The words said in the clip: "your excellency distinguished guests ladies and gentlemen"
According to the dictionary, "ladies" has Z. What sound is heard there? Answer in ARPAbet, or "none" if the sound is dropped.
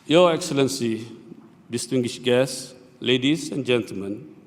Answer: S